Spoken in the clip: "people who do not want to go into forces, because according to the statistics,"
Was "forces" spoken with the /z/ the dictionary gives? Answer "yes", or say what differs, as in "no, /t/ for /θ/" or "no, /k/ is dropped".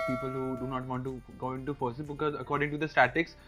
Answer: no, /z/ is dropped